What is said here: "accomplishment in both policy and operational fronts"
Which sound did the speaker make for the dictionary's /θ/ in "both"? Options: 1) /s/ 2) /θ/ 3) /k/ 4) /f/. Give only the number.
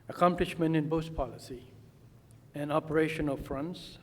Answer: 1